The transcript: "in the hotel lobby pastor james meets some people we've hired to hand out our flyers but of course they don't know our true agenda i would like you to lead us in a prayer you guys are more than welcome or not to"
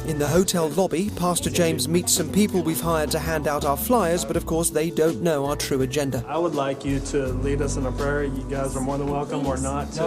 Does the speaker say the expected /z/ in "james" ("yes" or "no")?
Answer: yes